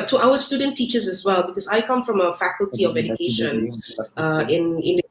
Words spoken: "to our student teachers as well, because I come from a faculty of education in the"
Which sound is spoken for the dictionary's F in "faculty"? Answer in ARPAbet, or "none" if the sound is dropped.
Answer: F